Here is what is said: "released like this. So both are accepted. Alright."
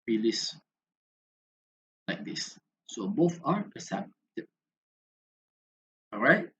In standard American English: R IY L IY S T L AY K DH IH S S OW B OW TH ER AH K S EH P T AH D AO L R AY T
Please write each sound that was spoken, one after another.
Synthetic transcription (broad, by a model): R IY L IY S L AY K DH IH S S OW B OW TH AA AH S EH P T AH AO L R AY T